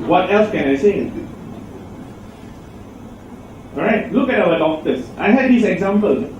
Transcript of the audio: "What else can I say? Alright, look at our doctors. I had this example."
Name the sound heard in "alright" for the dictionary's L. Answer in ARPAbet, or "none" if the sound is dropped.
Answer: none